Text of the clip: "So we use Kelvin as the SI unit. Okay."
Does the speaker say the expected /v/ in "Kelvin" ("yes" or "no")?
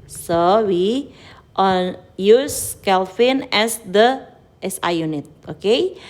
no